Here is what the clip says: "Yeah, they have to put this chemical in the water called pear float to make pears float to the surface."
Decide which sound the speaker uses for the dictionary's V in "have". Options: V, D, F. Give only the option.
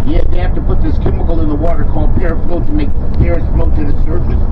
F